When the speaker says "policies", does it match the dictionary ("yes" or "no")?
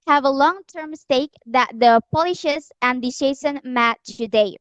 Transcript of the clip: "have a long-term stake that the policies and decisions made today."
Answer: no